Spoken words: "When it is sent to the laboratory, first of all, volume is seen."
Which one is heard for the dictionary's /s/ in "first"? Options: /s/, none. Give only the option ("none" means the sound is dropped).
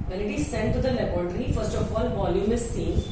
/s/